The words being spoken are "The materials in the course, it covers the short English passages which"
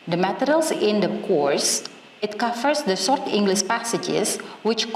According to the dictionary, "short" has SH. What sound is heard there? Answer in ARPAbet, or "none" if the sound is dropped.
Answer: S